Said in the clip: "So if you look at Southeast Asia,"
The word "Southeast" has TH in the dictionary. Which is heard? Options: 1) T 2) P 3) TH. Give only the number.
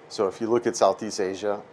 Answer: 3